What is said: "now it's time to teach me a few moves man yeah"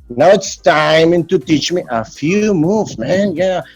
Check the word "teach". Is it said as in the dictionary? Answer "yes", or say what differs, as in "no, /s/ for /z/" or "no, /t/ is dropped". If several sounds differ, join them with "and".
yes